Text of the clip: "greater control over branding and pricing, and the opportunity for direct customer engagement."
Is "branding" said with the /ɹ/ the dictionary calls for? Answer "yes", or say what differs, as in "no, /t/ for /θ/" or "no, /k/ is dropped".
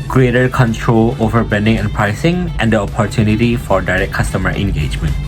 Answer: no, /ɹ/ is dropped